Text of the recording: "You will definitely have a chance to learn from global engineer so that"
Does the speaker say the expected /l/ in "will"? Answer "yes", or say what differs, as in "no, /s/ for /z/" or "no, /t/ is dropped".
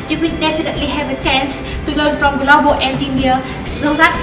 no, /n/ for /l/